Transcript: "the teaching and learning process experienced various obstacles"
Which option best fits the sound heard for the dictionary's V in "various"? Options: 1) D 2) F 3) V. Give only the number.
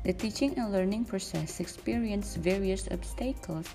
3